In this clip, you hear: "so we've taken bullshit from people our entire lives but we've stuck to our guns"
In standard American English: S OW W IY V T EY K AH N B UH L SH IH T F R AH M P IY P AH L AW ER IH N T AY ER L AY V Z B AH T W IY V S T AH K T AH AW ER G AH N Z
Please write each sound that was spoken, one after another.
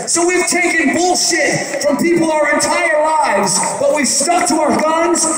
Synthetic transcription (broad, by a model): S OW W IY V T EY K AH N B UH L SH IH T F R AH M P IY P L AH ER IH N T AY ER L AY V Z B AH T W IY V S T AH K T AH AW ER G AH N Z